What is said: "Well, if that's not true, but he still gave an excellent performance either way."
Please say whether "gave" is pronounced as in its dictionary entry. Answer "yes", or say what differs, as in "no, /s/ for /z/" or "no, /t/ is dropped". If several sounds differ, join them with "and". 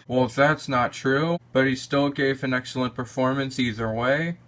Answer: yes